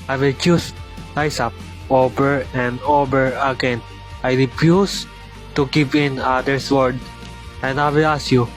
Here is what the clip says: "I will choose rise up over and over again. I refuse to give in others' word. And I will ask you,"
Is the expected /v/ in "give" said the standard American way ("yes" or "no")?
no